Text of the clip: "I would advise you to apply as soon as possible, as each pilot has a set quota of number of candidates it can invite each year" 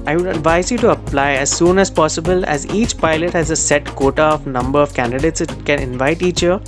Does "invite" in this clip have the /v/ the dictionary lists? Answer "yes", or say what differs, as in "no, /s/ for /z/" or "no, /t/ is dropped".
yes